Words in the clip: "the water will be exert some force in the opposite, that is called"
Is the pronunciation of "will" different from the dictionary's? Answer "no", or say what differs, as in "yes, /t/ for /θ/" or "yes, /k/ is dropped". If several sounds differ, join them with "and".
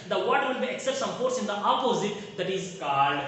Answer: yes, /n/ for /l/